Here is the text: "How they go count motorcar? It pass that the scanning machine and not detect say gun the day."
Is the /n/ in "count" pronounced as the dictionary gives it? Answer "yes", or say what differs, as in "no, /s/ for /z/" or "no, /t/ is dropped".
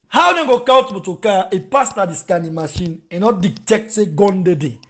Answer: no, /n/ is dropped